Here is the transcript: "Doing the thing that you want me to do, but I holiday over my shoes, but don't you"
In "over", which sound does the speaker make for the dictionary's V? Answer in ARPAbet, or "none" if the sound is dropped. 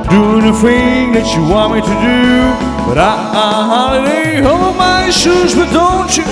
B